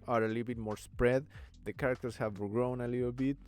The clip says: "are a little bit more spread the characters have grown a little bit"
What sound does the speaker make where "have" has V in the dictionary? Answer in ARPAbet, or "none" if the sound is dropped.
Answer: V